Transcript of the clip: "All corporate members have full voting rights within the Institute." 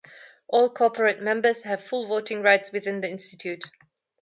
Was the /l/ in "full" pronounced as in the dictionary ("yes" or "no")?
yes